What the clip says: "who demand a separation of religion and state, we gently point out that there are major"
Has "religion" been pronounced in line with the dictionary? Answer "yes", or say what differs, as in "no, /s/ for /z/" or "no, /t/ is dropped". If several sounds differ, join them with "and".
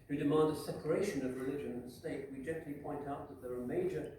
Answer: yes